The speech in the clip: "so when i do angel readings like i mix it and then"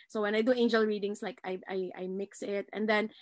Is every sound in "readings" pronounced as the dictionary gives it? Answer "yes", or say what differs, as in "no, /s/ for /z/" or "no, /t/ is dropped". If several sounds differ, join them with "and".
no, /s/ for /z/